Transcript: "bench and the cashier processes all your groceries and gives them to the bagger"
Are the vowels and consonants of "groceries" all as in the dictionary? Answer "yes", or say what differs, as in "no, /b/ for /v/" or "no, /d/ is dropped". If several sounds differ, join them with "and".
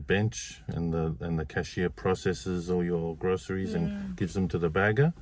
yes